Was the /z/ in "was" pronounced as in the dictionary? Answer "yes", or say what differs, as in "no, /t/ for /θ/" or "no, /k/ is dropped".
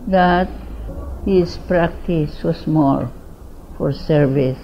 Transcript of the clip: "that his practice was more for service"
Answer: no, /s/ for /z/